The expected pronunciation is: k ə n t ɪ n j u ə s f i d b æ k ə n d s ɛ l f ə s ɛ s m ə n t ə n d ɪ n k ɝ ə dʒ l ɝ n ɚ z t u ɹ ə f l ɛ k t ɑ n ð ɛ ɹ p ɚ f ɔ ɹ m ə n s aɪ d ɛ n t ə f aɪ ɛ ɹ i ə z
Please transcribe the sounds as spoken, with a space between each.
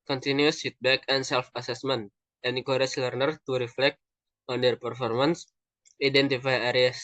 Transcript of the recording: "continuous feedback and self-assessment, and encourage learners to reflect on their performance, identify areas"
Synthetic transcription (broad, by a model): k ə n t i n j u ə s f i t b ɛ k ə n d s ɛ l f ə s ɛ s m ə n t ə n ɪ k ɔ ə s l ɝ n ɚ t u ɹ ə f l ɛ k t ɑ n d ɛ ɹ p ɚ f ɔ ɹ m ə n s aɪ d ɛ n t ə f aɪ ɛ ɹ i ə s